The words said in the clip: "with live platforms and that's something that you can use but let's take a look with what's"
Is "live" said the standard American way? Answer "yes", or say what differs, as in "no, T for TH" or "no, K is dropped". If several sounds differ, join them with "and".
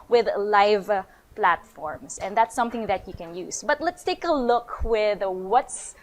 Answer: yes